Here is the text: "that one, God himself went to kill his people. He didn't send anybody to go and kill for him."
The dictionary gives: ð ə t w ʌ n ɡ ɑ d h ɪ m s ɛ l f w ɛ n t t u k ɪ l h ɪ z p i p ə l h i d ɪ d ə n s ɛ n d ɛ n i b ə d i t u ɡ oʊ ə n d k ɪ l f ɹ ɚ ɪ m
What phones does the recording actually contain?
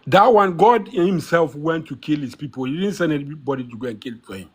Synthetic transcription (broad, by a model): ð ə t w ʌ n ɡ ɑ d h ɪ m s ɛ l f w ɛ n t t u k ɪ l h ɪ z p i p ə l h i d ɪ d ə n s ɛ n ɛ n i b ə d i t u ɡ oʊ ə n k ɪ l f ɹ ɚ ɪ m